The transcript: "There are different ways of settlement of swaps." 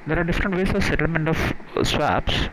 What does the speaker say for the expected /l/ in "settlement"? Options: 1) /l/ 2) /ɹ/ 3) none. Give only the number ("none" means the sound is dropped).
1